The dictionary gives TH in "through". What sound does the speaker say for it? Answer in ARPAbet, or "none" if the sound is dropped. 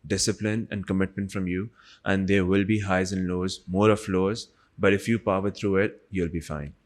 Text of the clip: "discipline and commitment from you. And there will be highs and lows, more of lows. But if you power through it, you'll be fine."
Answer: T